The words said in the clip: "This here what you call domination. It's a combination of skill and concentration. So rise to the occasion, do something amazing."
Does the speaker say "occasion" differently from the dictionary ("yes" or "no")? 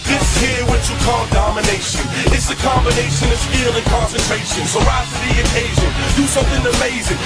no